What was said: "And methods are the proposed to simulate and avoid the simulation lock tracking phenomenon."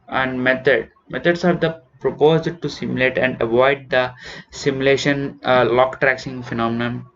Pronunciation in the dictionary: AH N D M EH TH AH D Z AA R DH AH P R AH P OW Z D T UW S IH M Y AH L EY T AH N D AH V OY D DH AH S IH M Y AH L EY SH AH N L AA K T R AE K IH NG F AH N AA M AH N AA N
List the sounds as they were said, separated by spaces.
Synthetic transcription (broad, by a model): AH N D M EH T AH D S AA R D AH P R AH P OW Z D T UW S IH M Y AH L EY T AH N D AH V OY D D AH S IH M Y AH L EY SH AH N L AA K T R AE K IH NG F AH N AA M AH N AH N